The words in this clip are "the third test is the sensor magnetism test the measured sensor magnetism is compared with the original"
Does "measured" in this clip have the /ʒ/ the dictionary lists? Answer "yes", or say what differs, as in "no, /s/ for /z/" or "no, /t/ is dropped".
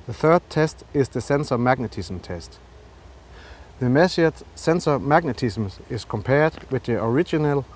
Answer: no, /s/ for /ʒ/